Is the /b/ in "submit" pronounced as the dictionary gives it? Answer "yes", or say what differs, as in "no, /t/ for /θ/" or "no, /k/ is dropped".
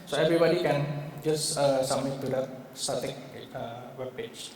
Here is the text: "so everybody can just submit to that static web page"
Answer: no, /b/ is dropped